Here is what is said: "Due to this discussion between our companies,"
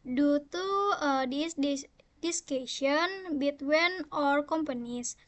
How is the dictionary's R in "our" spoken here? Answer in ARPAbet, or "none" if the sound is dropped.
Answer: R